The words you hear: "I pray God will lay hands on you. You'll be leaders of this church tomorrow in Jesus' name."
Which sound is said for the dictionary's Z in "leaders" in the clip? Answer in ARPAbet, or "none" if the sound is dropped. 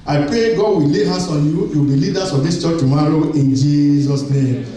S